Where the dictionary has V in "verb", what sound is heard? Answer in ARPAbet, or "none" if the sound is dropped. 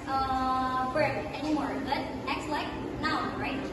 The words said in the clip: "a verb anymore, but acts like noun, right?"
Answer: F